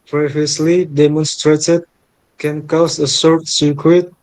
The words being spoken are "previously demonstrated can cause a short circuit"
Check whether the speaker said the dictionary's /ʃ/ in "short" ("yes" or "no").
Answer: no